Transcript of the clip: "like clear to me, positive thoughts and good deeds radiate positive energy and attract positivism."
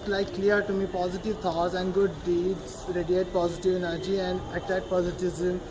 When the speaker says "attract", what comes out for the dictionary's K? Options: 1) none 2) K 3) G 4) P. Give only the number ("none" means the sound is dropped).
1